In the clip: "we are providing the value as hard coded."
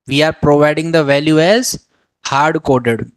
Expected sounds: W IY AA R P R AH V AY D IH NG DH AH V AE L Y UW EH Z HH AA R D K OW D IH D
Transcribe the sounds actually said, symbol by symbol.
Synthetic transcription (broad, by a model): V IY AA R P R AH V AY D IH NG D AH V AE L Y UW EH Z HH AA R D K OW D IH D